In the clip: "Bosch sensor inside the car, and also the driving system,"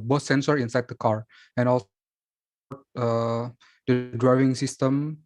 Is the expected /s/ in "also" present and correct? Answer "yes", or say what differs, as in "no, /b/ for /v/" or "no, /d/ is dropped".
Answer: no, /s/ is dropped